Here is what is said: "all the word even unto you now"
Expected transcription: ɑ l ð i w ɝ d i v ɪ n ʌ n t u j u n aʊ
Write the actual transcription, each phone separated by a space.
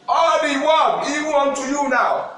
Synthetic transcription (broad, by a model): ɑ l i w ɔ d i w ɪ ɔ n t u j u n aʊ